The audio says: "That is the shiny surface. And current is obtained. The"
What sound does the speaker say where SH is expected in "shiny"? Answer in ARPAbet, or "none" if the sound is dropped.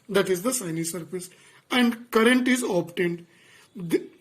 S